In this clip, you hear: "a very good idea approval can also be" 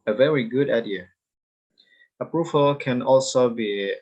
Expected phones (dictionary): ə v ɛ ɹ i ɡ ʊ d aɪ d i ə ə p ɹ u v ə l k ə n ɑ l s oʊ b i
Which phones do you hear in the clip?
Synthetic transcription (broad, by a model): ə v ɛ ɹ i ɡ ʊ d aɪ d i ə ə p ɹ u v ə l k ə n ɑ l s oʊ b i